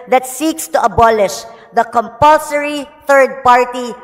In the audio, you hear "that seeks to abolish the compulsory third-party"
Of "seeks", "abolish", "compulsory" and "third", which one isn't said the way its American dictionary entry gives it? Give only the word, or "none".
none